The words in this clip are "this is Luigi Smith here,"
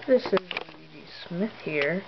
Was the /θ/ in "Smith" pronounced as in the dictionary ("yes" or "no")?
yes